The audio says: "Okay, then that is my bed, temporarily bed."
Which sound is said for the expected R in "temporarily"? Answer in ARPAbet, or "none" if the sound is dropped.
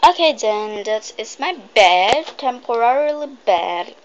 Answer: R